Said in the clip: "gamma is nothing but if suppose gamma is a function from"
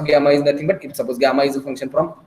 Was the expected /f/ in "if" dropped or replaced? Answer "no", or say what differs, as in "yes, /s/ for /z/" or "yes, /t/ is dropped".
yes, /p/ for /f/